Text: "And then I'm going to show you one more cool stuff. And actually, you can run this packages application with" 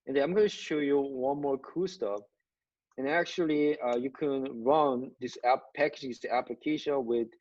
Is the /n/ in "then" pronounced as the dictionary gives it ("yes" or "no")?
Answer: no